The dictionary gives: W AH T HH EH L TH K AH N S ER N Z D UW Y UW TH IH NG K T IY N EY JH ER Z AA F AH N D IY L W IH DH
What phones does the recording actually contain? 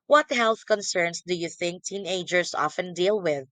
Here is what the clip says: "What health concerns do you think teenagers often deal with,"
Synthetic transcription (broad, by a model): W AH T HH EH L TH K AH N S ER N S D UW Y UW TH IH NG K T IY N EY JH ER S AA F AH N D IY L W IH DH